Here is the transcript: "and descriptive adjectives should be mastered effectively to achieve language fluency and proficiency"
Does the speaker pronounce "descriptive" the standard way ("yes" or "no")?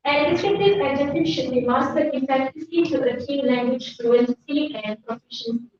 no